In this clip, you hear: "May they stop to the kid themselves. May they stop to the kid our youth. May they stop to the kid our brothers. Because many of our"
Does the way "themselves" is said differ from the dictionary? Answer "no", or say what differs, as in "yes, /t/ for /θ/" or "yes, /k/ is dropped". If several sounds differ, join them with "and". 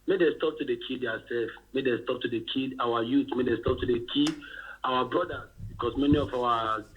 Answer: yes, /m/ is dropped